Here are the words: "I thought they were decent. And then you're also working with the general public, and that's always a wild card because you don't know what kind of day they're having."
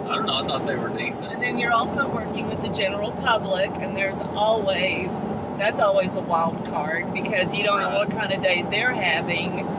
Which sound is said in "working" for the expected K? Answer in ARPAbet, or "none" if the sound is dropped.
K